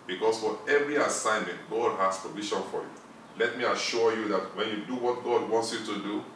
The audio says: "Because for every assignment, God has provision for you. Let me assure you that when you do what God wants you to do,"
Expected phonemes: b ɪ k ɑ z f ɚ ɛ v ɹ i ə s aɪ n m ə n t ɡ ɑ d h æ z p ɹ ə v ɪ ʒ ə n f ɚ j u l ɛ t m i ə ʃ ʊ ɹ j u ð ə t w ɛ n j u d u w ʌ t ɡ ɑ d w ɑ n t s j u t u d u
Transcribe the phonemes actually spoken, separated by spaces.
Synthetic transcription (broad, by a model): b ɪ k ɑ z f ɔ ɛ v ɹ i ə s aɪ n m ə n t ɡ ɑ d h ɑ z p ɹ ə v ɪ ʃ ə n f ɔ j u l ɛ t m i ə ʃ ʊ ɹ j u ð ə t w ɛ n j u d u w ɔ t ɡ ɑ d w ɑ n t s j u t u d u